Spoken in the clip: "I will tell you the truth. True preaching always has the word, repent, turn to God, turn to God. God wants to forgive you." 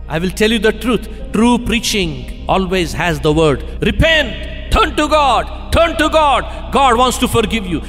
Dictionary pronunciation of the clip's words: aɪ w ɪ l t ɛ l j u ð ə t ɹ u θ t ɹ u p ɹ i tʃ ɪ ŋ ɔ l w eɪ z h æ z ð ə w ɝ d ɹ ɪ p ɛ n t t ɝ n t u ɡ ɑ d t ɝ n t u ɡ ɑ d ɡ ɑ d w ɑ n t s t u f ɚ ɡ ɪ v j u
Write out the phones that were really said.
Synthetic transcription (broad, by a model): aɪ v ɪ l t ɛ l j u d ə t ɹ u t t ɹ u p ɹ i tʃ ɪ ŋ ɔ l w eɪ z h æ z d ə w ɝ d ɹ ɪ p ɛ n t t ɝ n t u ɡ ɑ d t ɝ n t u ɡ ɑ d ɡ ɑ d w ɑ n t s t u f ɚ ɡ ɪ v j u